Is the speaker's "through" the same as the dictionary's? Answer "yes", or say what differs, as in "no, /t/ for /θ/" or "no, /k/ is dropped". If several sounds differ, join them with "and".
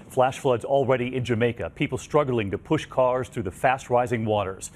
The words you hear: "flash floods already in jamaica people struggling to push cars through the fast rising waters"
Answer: yes